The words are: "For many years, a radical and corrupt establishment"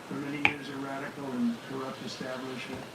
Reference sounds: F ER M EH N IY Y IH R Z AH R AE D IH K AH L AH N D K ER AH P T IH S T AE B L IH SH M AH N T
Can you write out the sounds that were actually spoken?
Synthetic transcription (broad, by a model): F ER M EH N IY Y IH R Z AH R AE D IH K L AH N K ER AH P T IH S T AE B L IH SH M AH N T